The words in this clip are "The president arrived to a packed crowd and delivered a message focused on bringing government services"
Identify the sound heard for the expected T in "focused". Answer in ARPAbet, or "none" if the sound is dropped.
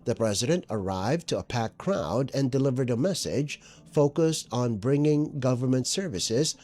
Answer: T